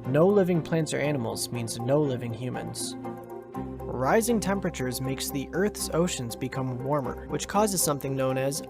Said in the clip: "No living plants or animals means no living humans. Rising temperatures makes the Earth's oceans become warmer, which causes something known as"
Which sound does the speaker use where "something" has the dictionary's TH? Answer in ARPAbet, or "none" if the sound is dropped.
TH